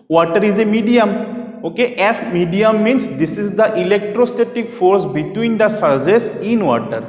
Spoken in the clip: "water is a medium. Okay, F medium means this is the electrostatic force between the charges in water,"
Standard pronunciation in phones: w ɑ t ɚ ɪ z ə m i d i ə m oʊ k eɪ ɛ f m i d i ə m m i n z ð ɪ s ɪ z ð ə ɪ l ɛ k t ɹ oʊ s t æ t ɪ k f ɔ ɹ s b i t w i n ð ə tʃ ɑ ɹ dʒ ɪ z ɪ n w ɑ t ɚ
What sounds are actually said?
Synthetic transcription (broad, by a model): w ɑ t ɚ ɪ z ə m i d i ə m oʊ k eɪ ɛ f m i d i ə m m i n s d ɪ s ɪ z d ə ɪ l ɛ k t ɹ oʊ s t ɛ t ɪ k f ɔ ɹ s b i t w i n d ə s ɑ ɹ z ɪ s ɪ n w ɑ t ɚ